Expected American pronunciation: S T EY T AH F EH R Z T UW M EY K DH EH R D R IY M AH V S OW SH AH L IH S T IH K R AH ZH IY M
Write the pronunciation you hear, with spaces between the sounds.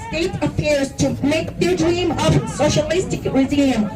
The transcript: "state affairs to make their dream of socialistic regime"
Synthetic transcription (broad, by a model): S T EY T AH P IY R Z T UW M EY K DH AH D R IY M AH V S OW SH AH L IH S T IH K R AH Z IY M